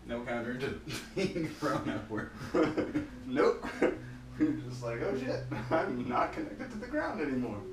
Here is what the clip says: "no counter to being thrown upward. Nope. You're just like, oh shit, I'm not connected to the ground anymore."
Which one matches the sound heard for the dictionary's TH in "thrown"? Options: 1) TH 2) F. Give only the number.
2